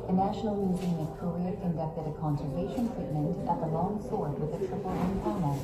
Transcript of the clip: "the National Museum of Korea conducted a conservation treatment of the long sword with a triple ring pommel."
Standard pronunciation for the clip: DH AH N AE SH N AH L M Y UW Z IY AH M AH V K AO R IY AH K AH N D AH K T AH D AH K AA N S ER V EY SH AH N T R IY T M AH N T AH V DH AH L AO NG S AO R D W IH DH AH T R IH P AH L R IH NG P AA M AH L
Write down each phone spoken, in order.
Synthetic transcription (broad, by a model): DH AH N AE SH N L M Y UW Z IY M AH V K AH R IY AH K AH N D AH K T AH D AH K AA N S ER V EY SH AH N T R IY T M AH N T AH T DH AH L AO NG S AO R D W IH DH AH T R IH F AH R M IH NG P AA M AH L